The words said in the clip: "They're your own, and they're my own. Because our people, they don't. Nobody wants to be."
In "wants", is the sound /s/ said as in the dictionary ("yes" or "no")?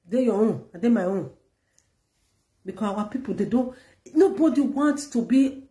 no